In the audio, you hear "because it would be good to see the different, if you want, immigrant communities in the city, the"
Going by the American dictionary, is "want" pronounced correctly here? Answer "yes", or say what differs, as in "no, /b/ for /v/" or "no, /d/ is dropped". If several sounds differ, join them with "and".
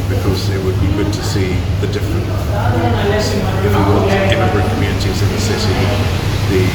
no, /t/ is dropped